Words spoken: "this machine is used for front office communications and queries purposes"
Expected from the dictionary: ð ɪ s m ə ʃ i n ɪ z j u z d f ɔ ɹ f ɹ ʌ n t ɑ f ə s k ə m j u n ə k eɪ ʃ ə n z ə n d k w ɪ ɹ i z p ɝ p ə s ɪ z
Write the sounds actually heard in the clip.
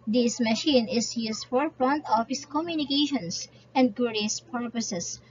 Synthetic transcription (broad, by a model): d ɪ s m ə ʃ i n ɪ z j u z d f ɔ ɹ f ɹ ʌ n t ɑ f ə s k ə m j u n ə k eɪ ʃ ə n s ə n d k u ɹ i s p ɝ p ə s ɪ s